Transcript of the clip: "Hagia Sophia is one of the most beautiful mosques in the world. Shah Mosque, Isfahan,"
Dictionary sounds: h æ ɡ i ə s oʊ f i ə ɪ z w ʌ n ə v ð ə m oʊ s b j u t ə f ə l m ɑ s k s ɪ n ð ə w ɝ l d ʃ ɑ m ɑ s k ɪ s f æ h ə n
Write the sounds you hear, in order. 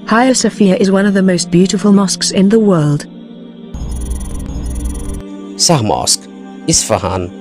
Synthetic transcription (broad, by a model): h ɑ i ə s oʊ f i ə ɪ z w ʌ n ə v ð ə m oʊ s b j u t ə f ə l m ɑ s k s ɪ n ð ə w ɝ l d s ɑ m ɑ s k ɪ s f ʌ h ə n